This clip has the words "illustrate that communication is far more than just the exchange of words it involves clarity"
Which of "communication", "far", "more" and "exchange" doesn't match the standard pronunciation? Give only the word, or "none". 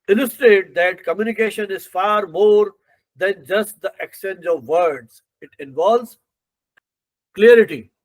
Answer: exchange